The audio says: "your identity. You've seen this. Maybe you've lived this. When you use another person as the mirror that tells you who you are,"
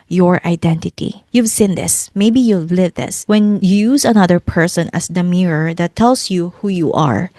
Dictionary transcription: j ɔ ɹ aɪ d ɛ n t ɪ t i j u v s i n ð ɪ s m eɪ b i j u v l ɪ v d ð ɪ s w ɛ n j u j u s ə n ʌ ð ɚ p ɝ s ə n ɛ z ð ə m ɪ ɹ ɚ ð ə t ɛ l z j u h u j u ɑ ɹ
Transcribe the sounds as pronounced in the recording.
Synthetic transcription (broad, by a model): j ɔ ɹ aɪ d ɛ n t ɪ t i j u v s i n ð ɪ s m eɪ b i j u v l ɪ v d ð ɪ s w ɛ n j u j u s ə n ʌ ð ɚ p ɝ s ə n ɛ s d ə m ɪ ɹ ɚ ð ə t ɛ l s j u h u j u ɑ ɹ